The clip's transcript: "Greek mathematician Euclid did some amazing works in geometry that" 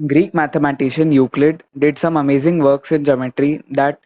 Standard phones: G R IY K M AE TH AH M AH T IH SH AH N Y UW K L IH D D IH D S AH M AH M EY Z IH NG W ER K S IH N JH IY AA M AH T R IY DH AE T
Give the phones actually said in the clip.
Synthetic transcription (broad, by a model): G R IY K M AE T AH M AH T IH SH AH N Y UW K L IH D D IH D S AH M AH M EY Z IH NG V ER K S IH N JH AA M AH T R IY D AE T